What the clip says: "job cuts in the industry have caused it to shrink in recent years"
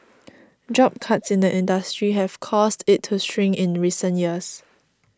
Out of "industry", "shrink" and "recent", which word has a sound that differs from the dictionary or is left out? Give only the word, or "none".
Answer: shrink